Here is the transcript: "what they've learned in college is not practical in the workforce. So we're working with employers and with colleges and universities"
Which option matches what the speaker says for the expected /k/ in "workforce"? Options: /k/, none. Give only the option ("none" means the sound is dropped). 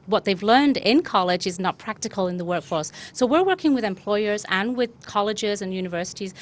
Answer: /k/